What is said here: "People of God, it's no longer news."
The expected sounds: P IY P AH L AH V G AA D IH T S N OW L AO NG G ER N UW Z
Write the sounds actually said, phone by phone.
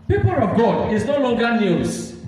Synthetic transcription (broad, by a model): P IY P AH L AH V G AA D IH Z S N OW L AO NG G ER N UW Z